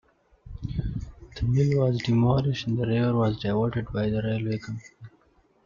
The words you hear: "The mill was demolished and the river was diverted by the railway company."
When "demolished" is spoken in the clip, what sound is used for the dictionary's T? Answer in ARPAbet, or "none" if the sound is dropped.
none